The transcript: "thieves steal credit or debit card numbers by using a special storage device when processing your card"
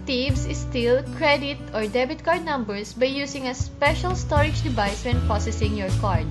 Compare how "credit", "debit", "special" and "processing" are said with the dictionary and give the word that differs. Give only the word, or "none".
processing